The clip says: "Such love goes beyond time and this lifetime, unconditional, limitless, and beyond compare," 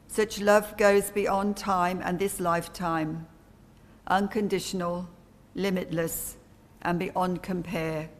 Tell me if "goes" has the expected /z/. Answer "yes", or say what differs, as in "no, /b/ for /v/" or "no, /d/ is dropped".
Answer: yes